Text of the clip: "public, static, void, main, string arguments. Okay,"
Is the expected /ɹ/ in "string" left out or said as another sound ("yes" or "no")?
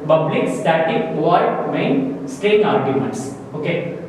yes